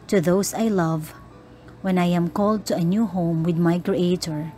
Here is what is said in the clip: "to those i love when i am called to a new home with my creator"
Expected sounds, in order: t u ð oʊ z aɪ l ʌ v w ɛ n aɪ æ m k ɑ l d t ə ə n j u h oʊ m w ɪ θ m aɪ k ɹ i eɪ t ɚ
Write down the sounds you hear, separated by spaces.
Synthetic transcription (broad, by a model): t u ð oʊ s aɪ l ʌ v w ɛ n aɪ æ m k ɑ l d t ə ə n j u h oʊ m w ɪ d m aɪ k ɹ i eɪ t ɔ